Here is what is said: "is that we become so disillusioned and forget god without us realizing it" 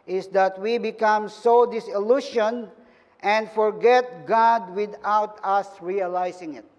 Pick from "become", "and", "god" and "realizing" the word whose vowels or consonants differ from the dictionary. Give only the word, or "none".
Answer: realizing